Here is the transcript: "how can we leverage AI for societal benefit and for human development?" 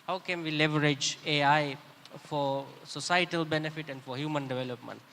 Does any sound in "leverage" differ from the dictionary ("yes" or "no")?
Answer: no